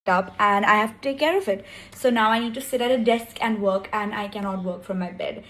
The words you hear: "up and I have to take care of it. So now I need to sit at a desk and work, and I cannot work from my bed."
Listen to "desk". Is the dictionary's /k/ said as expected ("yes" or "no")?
yes